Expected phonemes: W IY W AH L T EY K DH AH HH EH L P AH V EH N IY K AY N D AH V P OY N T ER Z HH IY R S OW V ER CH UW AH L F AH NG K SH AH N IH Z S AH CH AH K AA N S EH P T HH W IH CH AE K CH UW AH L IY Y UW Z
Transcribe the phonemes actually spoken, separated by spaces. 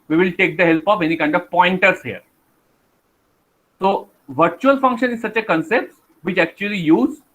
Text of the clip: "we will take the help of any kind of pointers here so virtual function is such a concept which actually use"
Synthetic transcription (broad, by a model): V IY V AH L T EY K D AH HH EH L P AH F EH N IY K AY N D AH V P OY N T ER S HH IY R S OW V ER CH UW AH L F AH NG K SH AH N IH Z S AH CH AH K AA N S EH P T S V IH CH AE K CH UW AH L IY Y UW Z